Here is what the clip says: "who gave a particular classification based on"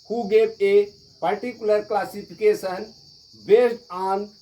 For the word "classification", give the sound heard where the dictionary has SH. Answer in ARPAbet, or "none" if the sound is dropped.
S